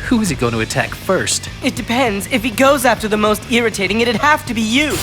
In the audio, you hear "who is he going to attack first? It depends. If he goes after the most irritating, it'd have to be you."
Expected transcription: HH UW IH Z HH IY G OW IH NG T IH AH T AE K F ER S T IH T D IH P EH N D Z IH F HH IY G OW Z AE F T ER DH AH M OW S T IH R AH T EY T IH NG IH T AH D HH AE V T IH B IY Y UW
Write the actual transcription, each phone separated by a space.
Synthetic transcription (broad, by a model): HH UW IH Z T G OW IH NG T IH AH T AE K F ER S T IH T D IH P EH N D Z IH F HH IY G OW Z AE F T ER DH AH M OW S T IH R AH T EY T IH NG IH T AH D HH AE F T IH B IY Y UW